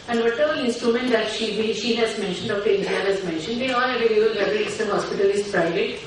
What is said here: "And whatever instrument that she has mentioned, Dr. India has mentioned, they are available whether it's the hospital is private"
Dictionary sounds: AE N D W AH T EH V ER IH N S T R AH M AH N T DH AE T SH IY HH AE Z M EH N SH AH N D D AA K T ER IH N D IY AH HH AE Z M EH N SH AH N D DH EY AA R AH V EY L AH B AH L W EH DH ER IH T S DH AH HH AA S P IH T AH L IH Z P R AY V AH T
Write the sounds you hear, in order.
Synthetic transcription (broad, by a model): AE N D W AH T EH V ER IH N S T R AH M AH N T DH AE T SH IY HH AE Z M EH N SH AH N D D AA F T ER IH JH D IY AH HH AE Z M EH N SH AH N D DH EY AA L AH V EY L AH AH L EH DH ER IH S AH HH AA S P IH T AH L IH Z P R AY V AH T